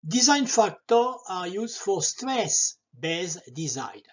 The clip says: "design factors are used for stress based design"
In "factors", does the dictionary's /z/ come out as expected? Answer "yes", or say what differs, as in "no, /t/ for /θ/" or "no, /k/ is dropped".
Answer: no, /z/ is dropped